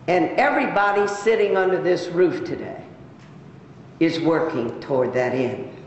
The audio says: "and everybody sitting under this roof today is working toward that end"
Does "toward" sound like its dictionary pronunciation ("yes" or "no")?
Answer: yes